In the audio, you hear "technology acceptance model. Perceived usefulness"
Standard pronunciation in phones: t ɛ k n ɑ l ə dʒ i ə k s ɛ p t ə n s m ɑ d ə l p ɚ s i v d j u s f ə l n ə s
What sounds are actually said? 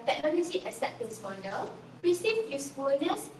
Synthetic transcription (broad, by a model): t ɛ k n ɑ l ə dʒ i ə s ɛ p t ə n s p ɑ d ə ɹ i s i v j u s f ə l n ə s